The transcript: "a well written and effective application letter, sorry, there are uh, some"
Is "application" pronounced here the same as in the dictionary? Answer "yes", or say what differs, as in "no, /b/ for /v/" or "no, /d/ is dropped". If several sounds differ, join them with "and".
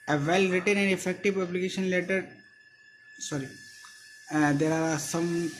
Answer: no, /b/ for /p/